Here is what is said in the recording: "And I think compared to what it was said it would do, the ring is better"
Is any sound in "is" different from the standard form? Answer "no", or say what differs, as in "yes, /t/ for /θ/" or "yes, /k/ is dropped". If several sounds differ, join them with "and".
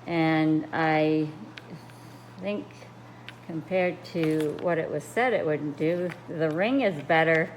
no